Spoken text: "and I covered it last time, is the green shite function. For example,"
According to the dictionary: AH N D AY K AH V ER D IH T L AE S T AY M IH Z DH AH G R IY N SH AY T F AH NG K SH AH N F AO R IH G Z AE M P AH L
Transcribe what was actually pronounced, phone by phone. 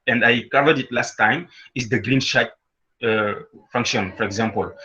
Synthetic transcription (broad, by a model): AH N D AY K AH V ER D IH T L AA S T AY M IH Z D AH G R IY N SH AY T F AH NG K SH AH N F AO R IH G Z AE M P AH L